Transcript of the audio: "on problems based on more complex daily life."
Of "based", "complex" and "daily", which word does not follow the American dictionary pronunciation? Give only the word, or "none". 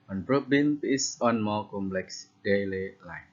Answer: based